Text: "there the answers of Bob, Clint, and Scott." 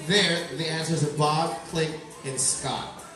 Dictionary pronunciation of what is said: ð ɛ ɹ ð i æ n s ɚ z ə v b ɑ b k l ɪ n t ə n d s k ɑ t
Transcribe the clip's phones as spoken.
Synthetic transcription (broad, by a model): ð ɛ ɹ ð i æ n s ɚ z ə b ɑ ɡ k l ɪ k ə n s k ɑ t